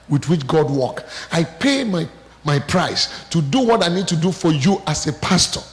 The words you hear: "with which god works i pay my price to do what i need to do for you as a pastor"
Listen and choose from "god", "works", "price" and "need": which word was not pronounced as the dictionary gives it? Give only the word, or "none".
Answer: works